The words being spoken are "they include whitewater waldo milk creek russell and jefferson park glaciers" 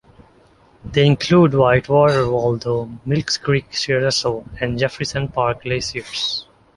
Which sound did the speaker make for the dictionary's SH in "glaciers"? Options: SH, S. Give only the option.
S